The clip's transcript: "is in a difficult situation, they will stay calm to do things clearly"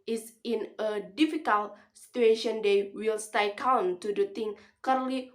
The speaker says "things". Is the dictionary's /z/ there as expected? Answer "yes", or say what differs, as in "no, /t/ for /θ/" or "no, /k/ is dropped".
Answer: no, /z/ is dropped